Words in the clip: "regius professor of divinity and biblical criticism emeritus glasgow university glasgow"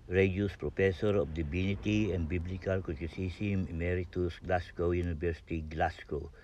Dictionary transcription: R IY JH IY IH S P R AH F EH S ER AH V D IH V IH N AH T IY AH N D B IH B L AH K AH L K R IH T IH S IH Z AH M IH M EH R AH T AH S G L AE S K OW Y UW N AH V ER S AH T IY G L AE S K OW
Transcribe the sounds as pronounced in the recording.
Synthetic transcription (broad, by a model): R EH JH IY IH S P R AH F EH S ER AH F D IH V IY N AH T IY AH N B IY B L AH K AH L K IH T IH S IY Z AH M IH M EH R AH T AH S G L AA S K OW Y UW N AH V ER S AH T IY G L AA S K OW